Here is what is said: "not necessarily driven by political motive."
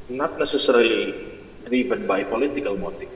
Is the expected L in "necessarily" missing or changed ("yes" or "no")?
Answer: yes